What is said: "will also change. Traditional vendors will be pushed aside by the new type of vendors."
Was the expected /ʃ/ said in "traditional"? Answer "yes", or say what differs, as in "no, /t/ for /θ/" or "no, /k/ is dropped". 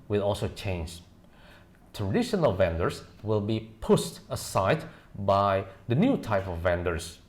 yes